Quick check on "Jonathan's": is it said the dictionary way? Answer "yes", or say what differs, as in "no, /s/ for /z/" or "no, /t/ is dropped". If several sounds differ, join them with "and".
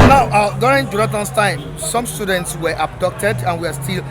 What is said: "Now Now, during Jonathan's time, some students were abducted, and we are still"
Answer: no, /t/ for /θ/ and /s/ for /z/